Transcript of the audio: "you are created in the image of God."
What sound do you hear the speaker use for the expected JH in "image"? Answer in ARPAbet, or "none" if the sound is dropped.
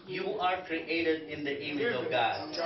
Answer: none